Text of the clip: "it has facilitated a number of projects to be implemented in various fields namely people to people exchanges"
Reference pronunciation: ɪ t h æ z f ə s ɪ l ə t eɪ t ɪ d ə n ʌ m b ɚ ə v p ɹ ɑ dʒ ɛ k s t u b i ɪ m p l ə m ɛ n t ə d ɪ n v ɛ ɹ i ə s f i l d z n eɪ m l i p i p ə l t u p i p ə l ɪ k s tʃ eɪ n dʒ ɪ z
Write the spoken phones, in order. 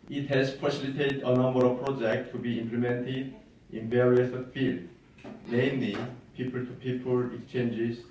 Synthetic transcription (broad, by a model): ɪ t h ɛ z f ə s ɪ l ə t eɪ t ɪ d ə n ʌ m b ɚ ə v p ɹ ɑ dʒ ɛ k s t u b i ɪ m p l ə m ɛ n t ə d ɪ n v ɛ ɹ i ə s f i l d n eɪ m l i p i p ə l t u p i p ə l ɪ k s tʃ eɪ n dʒ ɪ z